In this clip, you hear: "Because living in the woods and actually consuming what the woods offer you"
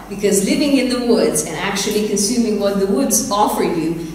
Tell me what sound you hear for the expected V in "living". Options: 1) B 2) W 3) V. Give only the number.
3